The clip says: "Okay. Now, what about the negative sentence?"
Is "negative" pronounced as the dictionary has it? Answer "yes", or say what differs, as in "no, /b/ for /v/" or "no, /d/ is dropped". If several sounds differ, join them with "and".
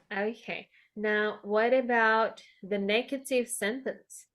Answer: no, /s/ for /t/